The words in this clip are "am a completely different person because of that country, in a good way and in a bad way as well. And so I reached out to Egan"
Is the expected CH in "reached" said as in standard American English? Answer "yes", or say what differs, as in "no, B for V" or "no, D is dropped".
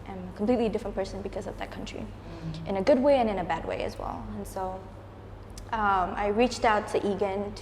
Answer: yes